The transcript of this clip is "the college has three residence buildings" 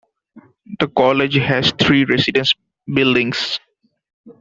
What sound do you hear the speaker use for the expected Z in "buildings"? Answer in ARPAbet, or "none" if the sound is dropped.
S